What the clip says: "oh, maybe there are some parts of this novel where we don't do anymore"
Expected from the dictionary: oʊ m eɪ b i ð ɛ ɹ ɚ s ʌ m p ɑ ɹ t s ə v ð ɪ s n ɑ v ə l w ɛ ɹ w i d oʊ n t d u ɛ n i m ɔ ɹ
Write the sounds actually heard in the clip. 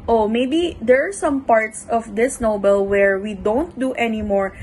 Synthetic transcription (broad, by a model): oʊ m eɪ b i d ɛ ɹ s ʌ m p ɑ ɹ t s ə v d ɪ s n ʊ b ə l w ɛ ɹ w i d oʊ n t d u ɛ n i m ɔ ɹ